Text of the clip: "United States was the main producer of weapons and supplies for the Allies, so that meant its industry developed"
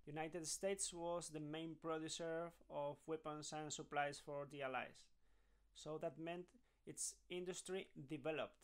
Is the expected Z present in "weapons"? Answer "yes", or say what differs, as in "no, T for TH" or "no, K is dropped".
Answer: no, S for Z